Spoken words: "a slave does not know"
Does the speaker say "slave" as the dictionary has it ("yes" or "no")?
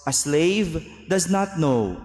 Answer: yes